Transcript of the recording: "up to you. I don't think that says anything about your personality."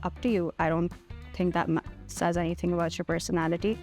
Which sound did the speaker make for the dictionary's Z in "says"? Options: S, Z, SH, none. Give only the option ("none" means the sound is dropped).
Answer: Z